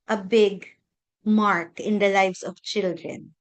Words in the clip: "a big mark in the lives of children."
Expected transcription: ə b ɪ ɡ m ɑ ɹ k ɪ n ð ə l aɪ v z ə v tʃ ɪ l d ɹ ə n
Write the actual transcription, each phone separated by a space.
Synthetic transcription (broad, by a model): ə b ɪ ɡ m ɑ ɹ k ɪ n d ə l aɪ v s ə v tʃ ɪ l d ɹ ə n